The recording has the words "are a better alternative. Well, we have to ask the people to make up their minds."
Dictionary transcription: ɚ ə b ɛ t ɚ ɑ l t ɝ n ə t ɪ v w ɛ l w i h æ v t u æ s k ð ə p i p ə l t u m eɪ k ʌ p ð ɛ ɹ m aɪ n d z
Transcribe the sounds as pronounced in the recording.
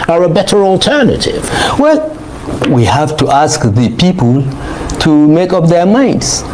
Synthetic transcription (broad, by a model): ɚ ə b ɛ t ɚ ɑ l t ɝ n ə t ɪ v w ɛ l w i h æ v t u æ s k ð ə p i p ə l t u m eɪ k ʌ p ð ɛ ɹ m aɪ n d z